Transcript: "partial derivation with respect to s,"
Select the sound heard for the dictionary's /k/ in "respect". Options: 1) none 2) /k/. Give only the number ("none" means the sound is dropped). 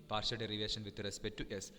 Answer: 1